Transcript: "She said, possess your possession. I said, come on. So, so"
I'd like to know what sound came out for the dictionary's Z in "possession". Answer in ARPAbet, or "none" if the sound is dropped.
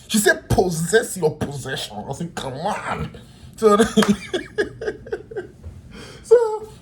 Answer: Z